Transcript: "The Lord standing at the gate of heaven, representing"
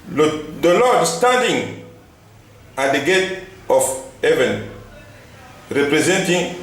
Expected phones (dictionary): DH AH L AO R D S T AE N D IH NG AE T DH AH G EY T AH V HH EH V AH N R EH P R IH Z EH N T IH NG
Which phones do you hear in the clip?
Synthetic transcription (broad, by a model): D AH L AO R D S T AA D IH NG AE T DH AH G EY T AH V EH V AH N R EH P R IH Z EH N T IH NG